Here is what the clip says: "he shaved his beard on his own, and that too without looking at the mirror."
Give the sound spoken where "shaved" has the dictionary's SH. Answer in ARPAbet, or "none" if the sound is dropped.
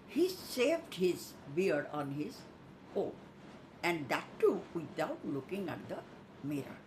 S